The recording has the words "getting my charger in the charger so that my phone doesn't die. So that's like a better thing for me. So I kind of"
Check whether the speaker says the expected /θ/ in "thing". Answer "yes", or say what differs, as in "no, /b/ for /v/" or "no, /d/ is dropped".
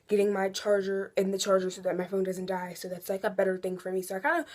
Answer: yes